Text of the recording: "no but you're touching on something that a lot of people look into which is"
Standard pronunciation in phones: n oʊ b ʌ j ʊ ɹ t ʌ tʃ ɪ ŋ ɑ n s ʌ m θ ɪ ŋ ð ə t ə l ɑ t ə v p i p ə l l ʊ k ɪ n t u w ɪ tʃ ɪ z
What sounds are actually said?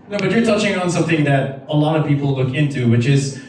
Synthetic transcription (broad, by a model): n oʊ b ʌ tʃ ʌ ɹ t ʌ tʃ ɪ ŋ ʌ n s ʌ m θ ɪ ŋ ð ə t ə l ɑ t ə v p i p l l ʊ k ɪ n t u w ɪ tʃ ɪ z